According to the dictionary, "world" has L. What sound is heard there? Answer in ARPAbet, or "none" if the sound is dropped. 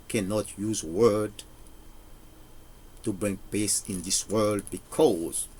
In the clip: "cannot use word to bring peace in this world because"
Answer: L